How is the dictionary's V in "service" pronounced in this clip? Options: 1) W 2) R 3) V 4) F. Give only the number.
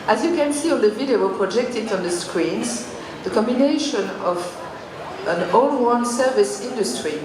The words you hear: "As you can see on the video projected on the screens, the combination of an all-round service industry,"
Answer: 3